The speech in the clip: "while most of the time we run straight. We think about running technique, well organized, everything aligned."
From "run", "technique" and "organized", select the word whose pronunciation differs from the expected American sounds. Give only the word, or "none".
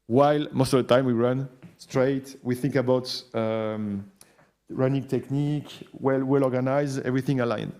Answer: organized